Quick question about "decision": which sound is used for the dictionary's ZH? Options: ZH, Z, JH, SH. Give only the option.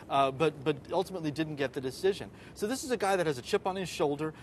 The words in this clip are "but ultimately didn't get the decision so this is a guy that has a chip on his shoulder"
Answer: ZH